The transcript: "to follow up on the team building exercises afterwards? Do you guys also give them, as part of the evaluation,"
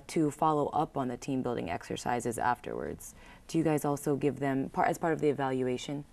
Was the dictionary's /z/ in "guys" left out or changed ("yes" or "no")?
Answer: no